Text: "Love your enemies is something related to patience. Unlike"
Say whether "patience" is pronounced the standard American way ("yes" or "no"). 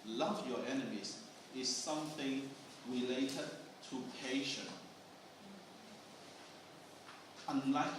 no